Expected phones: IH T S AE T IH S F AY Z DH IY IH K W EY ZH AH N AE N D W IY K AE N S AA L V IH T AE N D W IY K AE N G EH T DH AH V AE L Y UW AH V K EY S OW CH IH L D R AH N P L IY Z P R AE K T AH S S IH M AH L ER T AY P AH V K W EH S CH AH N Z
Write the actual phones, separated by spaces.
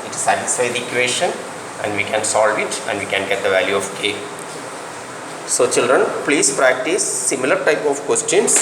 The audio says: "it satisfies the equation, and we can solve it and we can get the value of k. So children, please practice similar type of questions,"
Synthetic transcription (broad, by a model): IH T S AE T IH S AY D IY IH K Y EY SH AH N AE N D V IY K AE N S AA L V IH T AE N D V IY K AE N G EH T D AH V AE L Y UW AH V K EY S OW CH IH L D R AH N P L IY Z P R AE K T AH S S IH M AH L ER T AY P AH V K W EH S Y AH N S